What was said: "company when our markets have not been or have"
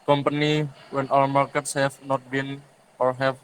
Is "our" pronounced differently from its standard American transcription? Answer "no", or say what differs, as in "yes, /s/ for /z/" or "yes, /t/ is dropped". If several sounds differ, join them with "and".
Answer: yes, /l/ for /ɹ/